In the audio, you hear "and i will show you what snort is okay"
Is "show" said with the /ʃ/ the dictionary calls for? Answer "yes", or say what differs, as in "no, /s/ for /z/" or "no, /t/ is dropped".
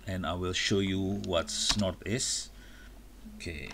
yes